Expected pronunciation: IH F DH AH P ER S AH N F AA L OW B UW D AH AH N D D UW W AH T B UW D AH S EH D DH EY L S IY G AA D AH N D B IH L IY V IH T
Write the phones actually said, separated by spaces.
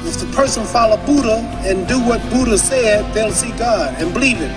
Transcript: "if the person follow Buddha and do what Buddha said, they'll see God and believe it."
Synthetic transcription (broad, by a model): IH F DH AH P ER S AH N F AA L OW B UW D AH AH N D D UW W AH T B UW D AH S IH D DH EY L S IY G AA D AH N B IH L IY V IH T